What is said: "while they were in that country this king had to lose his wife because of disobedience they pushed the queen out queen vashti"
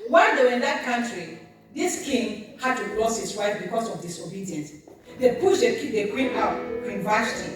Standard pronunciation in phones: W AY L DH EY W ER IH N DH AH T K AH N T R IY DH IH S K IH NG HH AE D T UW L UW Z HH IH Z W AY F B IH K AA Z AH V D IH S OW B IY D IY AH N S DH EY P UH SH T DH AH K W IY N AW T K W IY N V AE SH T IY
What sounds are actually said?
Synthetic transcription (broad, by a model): W AY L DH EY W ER IH N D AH T K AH N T R IY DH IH S K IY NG HH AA D T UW L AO S HH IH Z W AY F B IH K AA S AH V D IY S OW B IY D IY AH N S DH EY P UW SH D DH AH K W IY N AW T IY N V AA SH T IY